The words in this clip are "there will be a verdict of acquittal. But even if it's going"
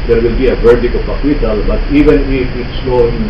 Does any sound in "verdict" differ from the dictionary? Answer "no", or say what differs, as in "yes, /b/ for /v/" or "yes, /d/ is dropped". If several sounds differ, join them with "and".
yes, /t/ is dropped